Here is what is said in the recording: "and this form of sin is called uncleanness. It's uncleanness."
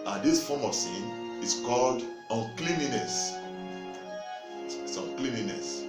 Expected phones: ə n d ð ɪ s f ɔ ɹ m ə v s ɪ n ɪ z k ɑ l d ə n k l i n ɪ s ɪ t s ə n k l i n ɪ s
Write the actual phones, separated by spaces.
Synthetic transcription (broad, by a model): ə n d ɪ s f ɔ m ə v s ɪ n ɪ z k ɑ l d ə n k l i n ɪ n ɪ s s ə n k l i n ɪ s